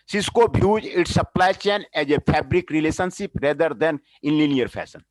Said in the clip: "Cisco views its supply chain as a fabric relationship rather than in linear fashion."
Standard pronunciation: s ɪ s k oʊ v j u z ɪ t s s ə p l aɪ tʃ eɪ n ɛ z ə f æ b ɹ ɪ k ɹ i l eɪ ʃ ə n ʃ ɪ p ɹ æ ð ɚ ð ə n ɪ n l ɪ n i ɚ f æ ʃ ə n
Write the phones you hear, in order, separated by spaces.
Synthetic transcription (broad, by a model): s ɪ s k oʊ b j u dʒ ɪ t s s ə p l aɪ tʃ eɪ n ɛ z ə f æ b ɹ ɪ k ɹ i l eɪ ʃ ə n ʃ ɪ p ɹ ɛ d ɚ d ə n ɪ n l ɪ n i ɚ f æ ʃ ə n